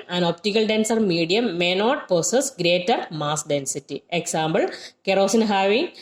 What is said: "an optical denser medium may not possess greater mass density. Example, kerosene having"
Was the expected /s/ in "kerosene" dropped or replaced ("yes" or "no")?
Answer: no